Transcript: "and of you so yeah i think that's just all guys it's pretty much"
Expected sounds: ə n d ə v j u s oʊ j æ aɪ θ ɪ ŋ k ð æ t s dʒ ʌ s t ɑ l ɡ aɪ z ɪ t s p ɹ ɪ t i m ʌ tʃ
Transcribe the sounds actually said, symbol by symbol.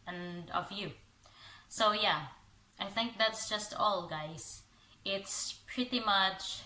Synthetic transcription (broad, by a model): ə n d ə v j u s oʊ j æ aɪ θ ɪ ŋ k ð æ t s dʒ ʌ s t ɑ l ɡ aɪ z ɪ t s p ɹ ɪ t i m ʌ tʃ